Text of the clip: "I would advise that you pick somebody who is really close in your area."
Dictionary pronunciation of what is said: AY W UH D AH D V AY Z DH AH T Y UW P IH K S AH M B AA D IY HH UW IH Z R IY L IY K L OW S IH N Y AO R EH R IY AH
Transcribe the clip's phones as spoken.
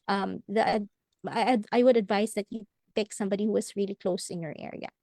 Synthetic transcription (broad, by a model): AY W UH D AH D V AY S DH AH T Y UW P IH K S AH M B AA D IY HH UW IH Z R IY L IY K L OW S IH N Y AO R EH R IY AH